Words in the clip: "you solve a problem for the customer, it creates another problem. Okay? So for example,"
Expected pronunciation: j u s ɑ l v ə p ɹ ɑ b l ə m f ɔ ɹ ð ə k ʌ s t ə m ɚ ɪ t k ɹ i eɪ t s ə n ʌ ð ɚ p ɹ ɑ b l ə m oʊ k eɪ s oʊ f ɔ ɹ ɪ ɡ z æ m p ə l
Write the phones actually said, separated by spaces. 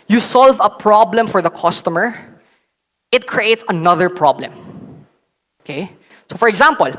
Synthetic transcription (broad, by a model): j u s ɑ l v ə p ɹ ɑ b l ə m f ɔ ɹ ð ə k ʌ s t ə m ɚ ɪ t k ɹ i eɪ t s ə n ʌ ð ɚ p ɹ ɑ b l ə m oʊ k eɪ s oʊ f ɔ ɹ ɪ ɡ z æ m p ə l